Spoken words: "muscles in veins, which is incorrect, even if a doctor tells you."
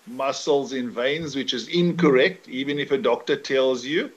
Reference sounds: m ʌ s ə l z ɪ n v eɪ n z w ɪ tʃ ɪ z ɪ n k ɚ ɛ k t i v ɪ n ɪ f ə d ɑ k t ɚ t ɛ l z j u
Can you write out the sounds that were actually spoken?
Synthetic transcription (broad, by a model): m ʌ s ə l z ɪ n v eɪ n z w ɪ tʃ ɪ z ɪ n k ɚ ɛ k t i v ɪ n ɪ f ə d ɑ k t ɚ t ɛ l z j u